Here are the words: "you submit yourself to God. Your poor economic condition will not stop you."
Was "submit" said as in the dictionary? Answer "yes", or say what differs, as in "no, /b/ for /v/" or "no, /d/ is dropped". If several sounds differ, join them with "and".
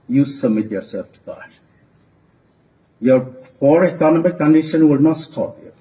no, /b/ is dropped